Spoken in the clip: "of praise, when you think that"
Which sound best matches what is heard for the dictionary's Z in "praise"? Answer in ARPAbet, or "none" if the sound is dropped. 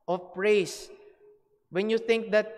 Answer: S